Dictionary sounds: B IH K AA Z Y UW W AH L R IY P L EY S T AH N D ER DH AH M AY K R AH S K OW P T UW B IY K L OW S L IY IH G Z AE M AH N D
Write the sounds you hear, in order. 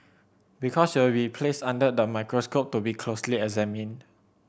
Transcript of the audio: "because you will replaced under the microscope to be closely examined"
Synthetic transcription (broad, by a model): B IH K AA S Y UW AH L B IY P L EY S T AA N D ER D AH M AY K R AH S K OW P T UW B IY K L OW S L IY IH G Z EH M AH N